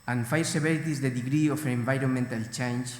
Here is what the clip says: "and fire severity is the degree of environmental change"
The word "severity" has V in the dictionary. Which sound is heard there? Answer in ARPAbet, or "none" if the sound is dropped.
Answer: B